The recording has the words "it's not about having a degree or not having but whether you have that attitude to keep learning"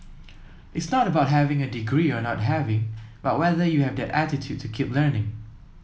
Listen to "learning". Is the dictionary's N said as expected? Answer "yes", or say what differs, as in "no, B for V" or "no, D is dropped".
yes